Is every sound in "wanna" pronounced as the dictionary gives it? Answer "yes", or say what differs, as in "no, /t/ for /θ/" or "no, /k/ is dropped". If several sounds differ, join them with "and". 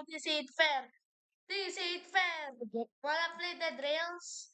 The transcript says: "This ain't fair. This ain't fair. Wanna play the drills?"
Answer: no, /l/ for /n/